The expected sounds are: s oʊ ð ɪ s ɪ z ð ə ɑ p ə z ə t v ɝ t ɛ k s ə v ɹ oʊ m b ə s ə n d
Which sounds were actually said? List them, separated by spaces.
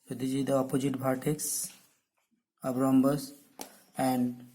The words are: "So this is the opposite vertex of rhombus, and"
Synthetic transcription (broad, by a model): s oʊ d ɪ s ɪ z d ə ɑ p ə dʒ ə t b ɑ t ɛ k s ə b ɹ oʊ m b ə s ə n d